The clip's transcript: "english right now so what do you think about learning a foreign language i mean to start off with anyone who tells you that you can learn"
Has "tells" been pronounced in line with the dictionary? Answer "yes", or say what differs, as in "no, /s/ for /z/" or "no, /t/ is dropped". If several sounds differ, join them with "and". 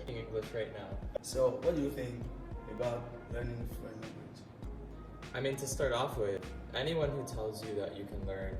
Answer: yes